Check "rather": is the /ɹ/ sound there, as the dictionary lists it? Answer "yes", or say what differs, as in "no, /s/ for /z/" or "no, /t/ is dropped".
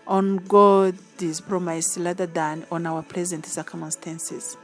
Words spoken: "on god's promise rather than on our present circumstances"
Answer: no, /l/ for /ɹ/